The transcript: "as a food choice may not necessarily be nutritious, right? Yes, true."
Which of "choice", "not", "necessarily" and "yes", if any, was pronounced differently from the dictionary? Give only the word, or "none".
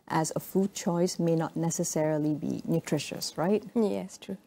none